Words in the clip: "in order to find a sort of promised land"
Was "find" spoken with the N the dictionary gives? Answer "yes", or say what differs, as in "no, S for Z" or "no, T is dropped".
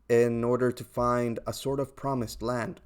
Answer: yes